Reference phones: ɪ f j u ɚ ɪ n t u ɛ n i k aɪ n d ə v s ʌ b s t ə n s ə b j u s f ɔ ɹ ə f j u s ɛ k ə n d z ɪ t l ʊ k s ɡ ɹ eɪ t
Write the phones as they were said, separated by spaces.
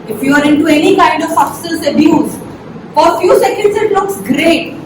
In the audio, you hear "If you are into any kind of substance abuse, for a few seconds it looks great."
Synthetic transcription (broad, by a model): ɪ f j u ɚ ɪ n t u ɛ n i k aɪ n d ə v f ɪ s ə s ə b j u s f ɔ ɹ f j u s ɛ k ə n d s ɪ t l ʊ k s ɡ ɹ eɪ t